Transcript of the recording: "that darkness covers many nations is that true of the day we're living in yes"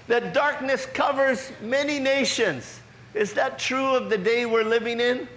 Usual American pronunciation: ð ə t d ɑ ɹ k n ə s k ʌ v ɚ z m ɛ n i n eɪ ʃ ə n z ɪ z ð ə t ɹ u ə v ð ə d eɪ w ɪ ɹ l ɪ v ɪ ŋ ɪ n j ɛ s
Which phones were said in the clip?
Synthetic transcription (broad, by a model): ð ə t d ɑ ɹ k n ə s k ʌ v ɚ z m ɛ n i n eɪ ʃ ə n z ɪ z ð ə t ɹ u ə v ð ə d eɪ w ɪ ɹ l ɪ v ɪ ŋ ɪ n